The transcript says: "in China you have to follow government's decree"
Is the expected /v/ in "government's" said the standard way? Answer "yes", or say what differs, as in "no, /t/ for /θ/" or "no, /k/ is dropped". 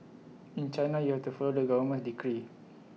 no, /w/ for /v/